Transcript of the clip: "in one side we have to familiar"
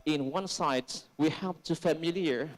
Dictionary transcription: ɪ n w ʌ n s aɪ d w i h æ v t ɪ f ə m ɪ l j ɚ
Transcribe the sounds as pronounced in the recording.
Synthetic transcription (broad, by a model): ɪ n w ʌ n s aɪ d w i h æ p t ɪ f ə m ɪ l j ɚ